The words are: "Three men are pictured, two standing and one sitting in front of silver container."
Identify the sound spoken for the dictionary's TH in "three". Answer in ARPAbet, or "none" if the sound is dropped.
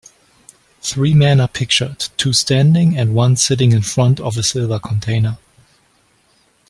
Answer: TH